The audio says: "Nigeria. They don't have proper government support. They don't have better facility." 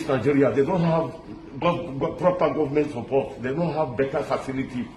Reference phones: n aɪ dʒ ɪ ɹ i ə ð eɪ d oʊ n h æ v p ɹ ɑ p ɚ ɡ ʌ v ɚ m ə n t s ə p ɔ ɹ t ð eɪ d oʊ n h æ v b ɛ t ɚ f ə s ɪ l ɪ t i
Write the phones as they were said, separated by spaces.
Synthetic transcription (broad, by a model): n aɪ dʒ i ɹ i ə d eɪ d oʊ n h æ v p ɹ ɑ p ɚ ɡ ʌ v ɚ m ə n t s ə p ɔ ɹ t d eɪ d oʊ n h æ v b ɛ t ɚ f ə s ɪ l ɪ t i